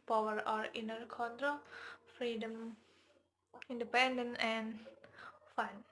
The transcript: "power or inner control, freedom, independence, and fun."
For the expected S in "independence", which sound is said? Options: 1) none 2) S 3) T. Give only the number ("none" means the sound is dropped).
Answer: 1